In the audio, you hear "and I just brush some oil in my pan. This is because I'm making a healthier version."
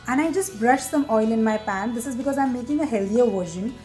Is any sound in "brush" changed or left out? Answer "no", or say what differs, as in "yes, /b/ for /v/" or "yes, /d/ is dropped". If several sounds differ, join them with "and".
no